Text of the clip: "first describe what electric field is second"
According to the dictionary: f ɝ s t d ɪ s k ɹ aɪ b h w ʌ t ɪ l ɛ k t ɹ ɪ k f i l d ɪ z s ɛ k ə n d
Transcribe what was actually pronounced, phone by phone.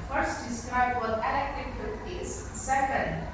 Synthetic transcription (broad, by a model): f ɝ s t d ɪ s k ɹ aɪ b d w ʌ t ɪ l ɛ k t ɪ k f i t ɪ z s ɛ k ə n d